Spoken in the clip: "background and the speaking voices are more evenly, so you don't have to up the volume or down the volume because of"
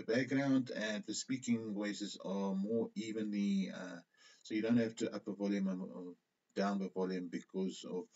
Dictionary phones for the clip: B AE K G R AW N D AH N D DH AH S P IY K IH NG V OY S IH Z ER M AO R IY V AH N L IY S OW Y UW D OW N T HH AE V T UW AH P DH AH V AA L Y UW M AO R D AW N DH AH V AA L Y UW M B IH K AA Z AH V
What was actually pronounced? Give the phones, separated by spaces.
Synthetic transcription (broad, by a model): B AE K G R AW N D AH N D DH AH S P IY K IH NG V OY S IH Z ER M AO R IY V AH N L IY S OW Y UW D OW N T HH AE F T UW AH P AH V AA L Y UW M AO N D AW N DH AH V AA L Y UW M B IH K AA Z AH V